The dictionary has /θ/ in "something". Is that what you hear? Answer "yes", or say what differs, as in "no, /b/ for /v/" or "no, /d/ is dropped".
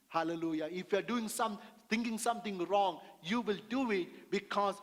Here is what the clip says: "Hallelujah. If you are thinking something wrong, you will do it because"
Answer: no, /t/ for /θ/